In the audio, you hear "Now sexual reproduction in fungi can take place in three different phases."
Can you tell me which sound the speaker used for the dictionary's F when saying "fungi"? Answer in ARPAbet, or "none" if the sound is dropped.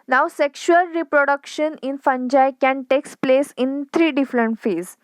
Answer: F